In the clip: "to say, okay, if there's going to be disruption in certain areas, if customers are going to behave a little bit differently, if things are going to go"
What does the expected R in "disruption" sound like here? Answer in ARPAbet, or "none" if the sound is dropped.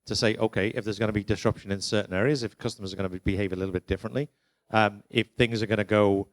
R